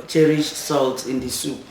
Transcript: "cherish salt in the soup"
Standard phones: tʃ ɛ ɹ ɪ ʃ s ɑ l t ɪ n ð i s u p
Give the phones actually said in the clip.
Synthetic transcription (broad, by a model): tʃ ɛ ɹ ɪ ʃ s ɑ l t ɪ n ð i s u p